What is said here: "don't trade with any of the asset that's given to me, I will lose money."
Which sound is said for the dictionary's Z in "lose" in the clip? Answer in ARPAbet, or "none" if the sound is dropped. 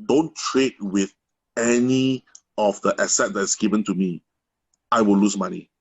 S